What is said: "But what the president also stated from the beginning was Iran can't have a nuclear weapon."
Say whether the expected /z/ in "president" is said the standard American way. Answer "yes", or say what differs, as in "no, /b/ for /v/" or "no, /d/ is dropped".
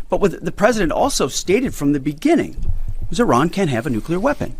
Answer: yes